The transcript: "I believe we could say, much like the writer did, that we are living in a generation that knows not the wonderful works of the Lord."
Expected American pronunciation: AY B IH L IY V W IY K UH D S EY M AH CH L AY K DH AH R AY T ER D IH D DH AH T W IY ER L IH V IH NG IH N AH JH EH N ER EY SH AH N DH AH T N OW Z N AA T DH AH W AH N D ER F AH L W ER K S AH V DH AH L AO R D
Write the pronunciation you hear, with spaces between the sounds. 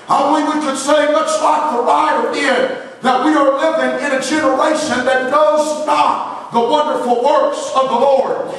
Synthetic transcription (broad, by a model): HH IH W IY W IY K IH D S EY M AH S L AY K DH AH R AY T ER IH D DH AH T W IY ER L IH V IH NG IH N AH JH EH N ER EY SH AH N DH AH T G OW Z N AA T DH AH W AH N D ER F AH L W ER K S AH V DH AH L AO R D